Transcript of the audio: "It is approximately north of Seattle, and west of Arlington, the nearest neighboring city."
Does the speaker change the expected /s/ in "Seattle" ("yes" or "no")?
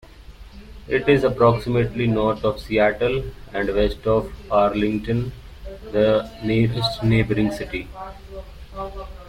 no